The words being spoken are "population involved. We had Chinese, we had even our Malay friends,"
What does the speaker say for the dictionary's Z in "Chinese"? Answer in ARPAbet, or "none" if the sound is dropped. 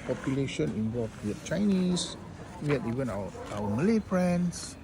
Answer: S